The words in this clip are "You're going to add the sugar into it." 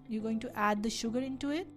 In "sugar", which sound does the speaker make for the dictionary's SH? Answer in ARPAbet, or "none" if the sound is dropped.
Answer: SH